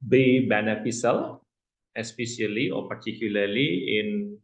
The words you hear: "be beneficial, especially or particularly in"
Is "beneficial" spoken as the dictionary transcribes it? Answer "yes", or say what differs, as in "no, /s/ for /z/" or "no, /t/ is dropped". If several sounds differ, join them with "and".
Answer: no, /s/ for /ʃ/